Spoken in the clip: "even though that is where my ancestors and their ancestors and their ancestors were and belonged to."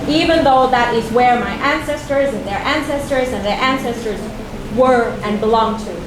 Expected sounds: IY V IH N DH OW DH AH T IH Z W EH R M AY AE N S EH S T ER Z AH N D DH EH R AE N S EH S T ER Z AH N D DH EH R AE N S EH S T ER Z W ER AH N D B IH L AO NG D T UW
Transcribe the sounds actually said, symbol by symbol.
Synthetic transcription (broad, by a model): IY V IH N DH OW DH AH T IH Z W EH R M AY AE N S EH S T ER Z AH N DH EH R AE N S EH S T ER Z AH N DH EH R AE N S EH S T ER Z W ER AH N B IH L AO NG T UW